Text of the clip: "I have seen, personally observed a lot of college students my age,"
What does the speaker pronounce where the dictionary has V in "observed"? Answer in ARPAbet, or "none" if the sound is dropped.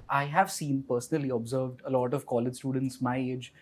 V